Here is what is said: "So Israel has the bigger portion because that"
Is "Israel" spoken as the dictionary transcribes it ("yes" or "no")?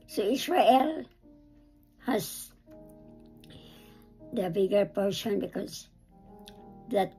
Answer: no